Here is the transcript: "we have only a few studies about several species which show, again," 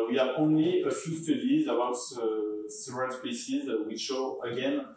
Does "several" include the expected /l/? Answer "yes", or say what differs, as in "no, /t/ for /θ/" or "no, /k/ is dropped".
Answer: no, /n/ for /l/